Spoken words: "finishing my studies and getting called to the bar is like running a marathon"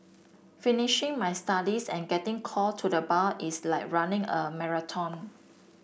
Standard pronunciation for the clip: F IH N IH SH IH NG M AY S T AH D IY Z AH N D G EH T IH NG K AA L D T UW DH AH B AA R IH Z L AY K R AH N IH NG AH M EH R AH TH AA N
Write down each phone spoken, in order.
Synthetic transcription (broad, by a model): F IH N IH SH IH NG M AY S T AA D IY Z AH N G EH T IH NG K AA L T UW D AH B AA L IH S L AY K R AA N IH NG AH M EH R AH T AA N